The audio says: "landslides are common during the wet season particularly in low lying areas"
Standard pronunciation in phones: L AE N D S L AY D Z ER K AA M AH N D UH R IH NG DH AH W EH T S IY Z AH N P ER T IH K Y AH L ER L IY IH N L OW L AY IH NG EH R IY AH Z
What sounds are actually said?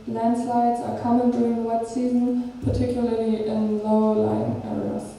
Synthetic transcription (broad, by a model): L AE N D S L AY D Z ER K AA M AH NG D UH R IH NG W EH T S IY Z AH N P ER T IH K Y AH L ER L IY IH N L OW L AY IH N EH R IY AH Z